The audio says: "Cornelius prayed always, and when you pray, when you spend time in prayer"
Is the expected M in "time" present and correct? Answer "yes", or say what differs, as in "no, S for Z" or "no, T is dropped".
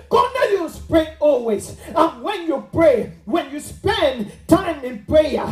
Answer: yes